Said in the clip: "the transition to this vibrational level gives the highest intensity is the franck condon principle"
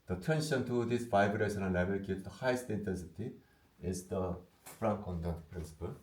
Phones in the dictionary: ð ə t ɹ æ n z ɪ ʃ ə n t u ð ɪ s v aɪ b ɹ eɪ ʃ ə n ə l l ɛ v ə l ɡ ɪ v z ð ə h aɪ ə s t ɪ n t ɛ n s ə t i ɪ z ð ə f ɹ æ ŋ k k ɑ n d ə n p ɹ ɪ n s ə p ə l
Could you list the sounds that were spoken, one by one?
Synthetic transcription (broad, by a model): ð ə t æ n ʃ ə n t u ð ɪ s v aɪ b ɹ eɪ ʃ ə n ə n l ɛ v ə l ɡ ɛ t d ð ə h aɪ ə s t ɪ n t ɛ n s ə t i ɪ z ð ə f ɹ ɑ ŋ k k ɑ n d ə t p ɹ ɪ n s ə p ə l